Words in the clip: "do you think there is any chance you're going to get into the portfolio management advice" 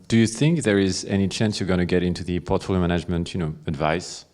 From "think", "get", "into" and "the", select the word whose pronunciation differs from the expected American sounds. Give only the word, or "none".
none